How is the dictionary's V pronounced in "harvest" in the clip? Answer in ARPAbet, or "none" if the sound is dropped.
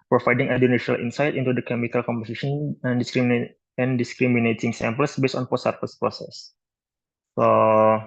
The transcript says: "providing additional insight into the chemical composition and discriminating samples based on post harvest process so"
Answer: F